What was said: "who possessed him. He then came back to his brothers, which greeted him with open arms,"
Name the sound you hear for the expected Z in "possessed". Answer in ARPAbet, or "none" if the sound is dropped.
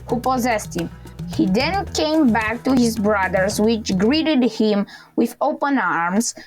Z